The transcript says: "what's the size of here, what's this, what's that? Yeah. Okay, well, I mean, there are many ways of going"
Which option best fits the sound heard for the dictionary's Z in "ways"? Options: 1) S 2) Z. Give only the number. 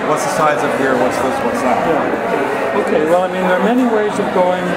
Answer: 2